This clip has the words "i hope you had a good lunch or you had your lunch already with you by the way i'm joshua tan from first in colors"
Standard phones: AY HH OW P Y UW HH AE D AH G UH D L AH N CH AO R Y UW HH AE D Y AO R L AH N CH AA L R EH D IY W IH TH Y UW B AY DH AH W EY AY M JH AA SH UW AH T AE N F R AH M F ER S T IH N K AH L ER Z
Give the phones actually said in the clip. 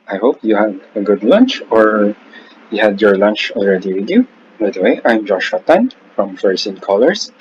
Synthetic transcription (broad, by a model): AY HH OW P Y UW HH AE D AH G UH D L AH N CH AO R Y UW HH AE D Y AO R L AH N CH AA L R EH D IY W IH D Y UW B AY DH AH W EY AY M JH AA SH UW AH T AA N F R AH M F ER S IH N K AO L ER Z